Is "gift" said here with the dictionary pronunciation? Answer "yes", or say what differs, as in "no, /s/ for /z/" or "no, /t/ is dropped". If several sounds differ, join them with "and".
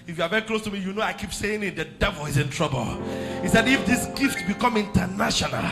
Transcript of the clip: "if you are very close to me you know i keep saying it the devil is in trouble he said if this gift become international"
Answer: yes